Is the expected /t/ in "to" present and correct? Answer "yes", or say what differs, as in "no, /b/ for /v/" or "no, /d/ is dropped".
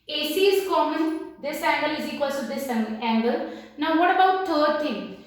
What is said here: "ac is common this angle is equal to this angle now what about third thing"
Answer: no, /s/ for /t/